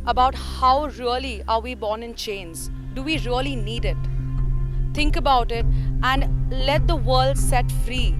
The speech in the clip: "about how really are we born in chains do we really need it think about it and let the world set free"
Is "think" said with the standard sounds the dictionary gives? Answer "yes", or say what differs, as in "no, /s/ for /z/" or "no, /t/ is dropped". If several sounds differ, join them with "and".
no, /t/ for /θ/